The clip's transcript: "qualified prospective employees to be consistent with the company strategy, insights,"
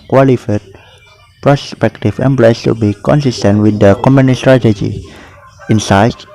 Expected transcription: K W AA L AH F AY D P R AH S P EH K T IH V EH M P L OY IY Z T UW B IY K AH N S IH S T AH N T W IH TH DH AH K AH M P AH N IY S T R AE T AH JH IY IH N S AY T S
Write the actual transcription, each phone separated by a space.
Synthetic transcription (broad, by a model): K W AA L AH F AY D P R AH S P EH K T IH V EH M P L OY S T UW B IY K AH N S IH S T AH N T W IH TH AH K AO M AH N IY S T R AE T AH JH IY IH N S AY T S